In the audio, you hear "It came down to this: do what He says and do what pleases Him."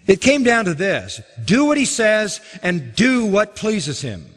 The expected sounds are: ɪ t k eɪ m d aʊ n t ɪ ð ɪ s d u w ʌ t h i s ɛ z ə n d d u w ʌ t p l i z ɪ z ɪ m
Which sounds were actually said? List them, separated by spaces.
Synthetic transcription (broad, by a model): ɪ t k eɪ m d aʊ n t ɪ ð ɪ s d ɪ w ʌ t h i s ɛ z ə n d d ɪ w ʌ t p l i z ɪ z ɪ m